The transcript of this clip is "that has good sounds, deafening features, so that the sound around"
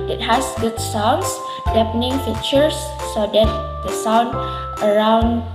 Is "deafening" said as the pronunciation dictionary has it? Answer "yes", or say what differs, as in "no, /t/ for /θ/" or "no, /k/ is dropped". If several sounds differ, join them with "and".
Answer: no, /p/ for /f/